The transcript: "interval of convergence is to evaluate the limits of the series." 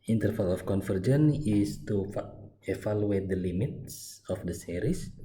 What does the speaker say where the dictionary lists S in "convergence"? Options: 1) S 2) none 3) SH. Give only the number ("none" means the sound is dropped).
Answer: 2